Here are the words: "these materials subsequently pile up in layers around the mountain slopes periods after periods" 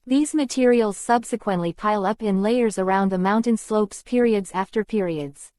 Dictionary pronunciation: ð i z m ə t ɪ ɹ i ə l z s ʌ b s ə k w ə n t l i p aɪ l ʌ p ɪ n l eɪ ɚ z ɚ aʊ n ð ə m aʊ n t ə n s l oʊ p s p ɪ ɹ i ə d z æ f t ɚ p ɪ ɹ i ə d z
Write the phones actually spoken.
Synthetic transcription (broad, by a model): ð i z m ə t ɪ ɹ i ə l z s ʌ b s ə k w ə n t l i p aɪ l ʌ p ɪ n l eɪ ɚ z ɚ aʊ n ð ə m aʊ n t ə n s l oʊ p s p ɪ ɹ i ə d z æ f t ɚ p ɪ ɹ i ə d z